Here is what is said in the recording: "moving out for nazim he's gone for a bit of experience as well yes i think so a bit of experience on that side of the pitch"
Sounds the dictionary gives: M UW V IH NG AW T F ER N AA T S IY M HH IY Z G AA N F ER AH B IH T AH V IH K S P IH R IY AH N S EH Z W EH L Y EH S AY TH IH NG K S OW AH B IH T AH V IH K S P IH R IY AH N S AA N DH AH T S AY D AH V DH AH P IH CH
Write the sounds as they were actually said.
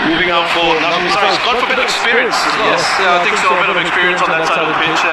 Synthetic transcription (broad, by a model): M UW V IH NG AW T F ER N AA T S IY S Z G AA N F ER AH B IH T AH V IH K S P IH R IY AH N S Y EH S Y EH AY TH IH NG K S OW AH B IH T AH V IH K S P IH R IY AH N S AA N DH AH T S AY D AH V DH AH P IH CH